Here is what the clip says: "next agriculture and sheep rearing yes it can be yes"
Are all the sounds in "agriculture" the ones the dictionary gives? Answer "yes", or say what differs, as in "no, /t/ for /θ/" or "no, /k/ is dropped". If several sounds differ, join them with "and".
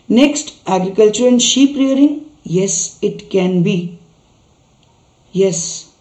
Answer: yes